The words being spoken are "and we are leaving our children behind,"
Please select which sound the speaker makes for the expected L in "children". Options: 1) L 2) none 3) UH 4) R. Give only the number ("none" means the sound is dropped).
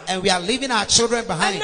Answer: 1